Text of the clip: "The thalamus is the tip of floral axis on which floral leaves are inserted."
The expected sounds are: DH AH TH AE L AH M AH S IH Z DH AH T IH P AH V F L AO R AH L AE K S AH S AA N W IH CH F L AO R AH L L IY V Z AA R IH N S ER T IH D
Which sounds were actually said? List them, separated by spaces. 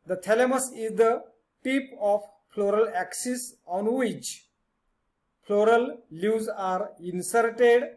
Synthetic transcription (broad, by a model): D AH T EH L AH M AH S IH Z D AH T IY P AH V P L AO R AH L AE K S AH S AA N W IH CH P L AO R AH L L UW Z AA R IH N S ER T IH D